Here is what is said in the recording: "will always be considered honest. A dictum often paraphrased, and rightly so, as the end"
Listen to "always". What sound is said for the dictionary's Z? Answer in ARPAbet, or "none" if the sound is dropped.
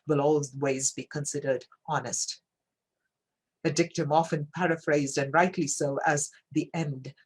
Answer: Z